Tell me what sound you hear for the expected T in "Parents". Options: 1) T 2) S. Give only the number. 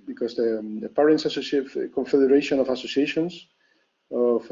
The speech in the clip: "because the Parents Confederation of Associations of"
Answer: 2